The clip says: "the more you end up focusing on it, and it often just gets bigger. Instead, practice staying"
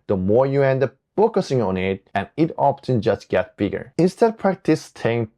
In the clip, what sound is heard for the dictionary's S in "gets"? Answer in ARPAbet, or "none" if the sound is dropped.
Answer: none